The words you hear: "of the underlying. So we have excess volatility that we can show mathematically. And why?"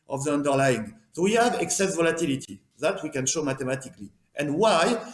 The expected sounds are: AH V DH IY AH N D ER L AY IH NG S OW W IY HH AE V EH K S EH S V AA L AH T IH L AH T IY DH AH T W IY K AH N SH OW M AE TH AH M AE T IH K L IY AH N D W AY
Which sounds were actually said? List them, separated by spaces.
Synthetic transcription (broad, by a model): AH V DH IY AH N D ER L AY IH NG S OW W IY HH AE V EH K S EH S V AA L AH T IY L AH T IY DH AH T W IY K AH N SH OW M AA T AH M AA T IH K L IY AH N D W AY